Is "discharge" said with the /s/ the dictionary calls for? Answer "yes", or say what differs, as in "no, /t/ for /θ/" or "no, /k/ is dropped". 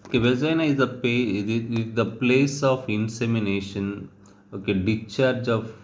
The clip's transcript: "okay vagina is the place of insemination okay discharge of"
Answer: no, /s/ is dropped